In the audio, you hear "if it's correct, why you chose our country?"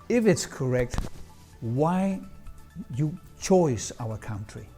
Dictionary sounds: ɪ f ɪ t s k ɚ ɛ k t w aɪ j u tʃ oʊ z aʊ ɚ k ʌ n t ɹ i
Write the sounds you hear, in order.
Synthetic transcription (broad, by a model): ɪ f ɪ t s k ɚ ɛ k t w aɪ j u tʃ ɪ s aʊ ɚ k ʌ n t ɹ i